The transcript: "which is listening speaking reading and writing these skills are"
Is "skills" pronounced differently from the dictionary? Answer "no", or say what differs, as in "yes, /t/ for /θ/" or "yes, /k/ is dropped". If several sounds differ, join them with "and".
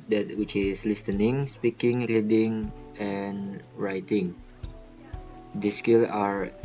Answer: yes, /z/ is dropped